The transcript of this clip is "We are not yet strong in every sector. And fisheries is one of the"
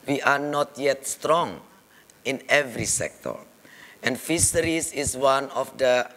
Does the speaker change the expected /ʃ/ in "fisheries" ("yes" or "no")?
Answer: yes